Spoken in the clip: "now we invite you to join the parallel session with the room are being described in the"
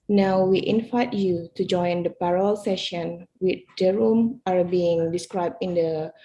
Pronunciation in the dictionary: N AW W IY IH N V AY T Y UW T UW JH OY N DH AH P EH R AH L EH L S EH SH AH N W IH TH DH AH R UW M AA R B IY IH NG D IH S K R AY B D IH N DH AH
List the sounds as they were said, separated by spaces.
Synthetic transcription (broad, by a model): N AW W IY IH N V AY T Y UW T UW JH OY N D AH P EH R AH L EH L S EH SH AH N W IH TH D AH R UW M AA R B IY IH NG D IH S K R AY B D IH N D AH